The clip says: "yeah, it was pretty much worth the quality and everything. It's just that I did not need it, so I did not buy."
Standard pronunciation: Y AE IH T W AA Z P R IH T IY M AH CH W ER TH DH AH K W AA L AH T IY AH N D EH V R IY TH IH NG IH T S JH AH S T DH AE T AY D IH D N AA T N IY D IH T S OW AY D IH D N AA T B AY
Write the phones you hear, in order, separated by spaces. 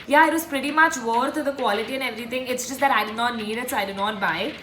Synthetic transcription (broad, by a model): Y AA IH T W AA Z P R IH T IY M AH CH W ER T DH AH K W AA L AH T IY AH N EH V R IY T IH NG IH T S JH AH S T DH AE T AY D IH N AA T N IY D IH T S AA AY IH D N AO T B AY